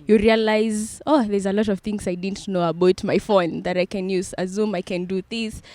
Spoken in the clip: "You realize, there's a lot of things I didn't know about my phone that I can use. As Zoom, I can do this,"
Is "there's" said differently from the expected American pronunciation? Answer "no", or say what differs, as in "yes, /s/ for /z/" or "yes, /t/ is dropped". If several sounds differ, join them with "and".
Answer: no